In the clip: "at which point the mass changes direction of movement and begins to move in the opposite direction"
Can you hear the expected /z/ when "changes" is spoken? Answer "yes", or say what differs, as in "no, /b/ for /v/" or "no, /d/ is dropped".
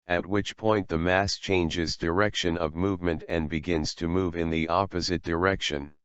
yes